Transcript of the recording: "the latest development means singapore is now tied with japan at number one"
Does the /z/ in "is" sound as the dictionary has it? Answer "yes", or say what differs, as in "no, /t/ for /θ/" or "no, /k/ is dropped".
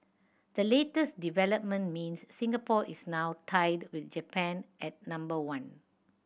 no, /s/ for /z/